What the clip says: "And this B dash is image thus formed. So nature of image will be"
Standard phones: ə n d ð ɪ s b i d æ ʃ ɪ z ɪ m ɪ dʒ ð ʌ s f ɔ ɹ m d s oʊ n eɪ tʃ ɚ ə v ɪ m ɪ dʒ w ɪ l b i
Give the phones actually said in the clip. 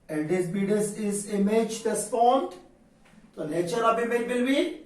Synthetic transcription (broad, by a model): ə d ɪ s b i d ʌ s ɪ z ɪ m ɪ dʒ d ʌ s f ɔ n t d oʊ l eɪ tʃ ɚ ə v ɪ m ɪ dʒ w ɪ l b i